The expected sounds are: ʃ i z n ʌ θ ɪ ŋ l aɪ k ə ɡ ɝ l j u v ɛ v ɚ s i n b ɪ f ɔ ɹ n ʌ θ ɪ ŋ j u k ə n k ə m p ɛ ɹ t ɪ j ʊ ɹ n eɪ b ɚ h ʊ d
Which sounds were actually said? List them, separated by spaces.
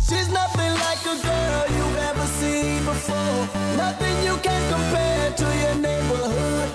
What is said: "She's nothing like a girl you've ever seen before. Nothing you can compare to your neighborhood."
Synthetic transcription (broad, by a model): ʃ i z n ʌ θ ɪ ŋ l aɪ k ə ɡ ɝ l j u ɛ v ɚ s i b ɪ f ɔ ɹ n ʌ θ ɪ ŋ j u k ə n k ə m p ɛ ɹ t ɪ j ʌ ɹ n eɪ b ɚ h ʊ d